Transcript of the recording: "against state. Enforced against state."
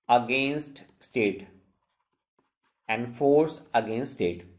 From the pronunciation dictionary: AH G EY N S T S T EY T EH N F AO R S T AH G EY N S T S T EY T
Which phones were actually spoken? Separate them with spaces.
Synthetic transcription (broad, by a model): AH G EY N S T S T EY T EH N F AO R S AH G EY N S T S T EY T